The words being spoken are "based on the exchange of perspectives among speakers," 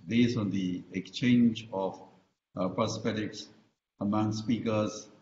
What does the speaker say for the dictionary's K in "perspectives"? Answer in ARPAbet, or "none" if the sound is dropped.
none